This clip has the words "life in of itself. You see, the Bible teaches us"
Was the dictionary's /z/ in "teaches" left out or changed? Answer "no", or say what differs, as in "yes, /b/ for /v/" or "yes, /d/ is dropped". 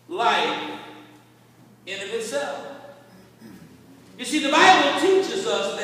no